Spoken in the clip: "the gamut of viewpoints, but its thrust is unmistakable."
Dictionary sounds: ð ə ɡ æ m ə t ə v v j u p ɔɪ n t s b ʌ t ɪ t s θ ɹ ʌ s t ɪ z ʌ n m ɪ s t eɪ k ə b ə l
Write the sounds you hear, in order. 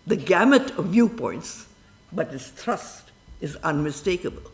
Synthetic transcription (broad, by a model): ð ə ɡ æ m ə t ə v v j u p ɔɪ n t s b ʌ t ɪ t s t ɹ ʌ s t ɪ z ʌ n m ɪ s t eɪ k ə b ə l